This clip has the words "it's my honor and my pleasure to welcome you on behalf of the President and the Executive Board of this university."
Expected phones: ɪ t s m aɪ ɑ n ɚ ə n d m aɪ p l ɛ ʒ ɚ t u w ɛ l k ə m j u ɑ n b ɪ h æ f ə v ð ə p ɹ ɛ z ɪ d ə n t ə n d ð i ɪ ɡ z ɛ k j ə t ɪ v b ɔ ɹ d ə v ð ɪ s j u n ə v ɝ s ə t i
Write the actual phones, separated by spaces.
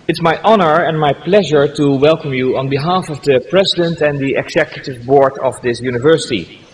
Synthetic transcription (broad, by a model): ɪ t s m aɪ ɑ n ɚ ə n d m aɪ p l ɛ ʒ ɚ t u w ɛ l k ə m j u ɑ n b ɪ h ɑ f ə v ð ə p ɹ ɛ z ɪ d ə n t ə n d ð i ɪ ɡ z ɛ k j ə t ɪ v b ɔ ɹ d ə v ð ɪ s j u n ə v ɝ s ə t i